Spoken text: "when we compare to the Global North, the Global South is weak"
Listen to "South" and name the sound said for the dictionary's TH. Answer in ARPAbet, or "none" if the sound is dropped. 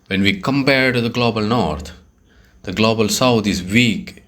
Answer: T